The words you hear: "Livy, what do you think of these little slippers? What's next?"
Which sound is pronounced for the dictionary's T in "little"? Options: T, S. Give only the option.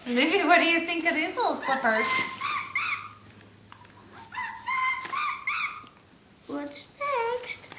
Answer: S